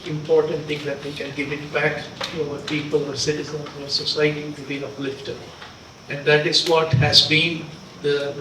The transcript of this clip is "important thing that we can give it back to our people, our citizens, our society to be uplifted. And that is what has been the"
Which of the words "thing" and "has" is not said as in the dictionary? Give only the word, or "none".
thing